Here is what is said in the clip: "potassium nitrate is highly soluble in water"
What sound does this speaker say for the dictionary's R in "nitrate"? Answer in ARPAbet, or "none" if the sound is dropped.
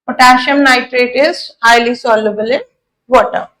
R